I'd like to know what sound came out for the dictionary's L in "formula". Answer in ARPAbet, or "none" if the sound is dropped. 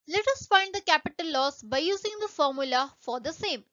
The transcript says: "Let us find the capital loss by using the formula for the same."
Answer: L